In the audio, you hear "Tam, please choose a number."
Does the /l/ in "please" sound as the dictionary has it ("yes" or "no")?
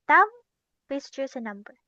no